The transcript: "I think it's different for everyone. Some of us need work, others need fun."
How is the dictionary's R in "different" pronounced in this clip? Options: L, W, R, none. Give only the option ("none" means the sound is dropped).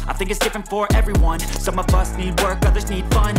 R